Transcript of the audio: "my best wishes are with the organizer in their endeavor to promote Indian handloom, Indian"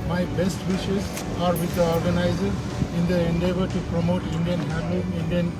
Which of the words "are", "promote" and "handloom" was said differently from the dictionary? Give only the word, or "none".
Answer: handloom